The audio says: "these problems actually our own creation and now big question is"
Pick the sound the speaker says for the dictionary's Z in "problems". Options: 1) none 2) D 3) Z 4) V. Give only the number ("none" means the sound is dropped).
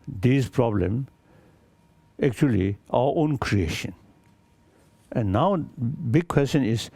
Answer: 1